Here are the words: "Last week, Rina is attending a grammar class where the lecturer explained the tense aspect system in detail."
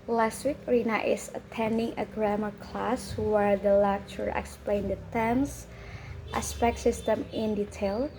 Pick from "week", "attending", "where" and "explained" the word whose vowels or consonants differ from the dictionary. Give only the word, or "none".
none